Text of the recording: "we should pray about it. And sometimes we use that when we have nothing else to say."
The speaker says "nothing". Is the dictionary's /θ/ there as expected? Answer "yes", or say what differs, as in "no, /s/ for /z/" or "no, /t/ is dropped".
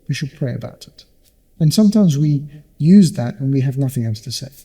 yes